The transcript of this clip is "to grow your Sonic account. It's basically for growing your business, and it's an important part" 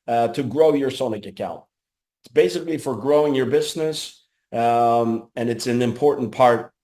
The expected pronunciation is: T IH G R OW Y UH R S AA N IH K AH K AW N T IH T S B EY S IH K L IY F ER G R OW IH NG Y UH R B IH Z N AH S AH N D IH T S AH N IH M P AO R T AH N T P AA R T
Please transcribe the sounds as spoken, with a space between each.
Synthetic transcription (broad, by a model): T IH G R OW Y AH R S AA N IH K AH K AW N T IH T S B EY S IH K L IY F ER G R OW IH NG Y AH R B IH Z N AH S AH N IH T S AH N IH M P AO R T N P AA R T